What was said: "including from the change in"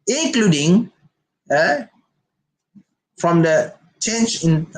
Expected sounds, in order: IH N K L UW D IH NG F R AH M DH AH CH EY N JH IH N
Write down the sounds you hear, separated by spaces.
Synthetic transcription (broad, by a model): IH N K L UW D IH NG F R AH M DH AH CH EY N CH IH N